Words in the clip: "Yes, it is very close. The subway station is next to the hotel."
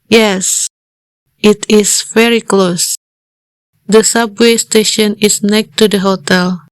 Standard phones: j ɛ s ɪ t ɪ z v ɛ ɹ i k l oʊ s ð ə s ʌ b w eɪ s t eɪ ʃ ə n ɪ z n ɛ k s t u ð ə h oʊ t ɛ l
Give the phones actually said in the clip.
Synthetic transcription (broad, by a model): j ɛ s ɪ t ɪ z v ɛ ɹ i k l oʊ s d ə s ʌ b w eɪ s t eɪ ʃ ə n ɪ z n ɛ k t u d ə h oʊ t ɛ l